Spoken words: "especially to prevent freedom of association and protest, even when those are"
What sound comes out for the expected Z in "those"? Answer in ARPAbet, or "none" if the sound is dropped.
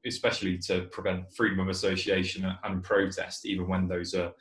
Z